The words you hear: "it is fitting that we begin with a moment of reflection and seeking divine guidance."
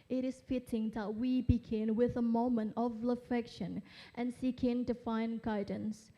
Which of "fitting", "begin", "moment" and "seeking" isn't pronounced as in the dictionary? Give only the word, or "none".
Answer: none